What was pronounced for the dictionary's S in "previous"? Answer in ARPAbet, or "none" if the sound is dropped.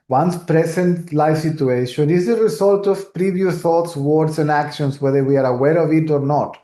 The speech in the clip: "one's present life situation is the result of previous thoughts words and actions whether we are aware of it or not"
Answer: none